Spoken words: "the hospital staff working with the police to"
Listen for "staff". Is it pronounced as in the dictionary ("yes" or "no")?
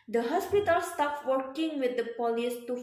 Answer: no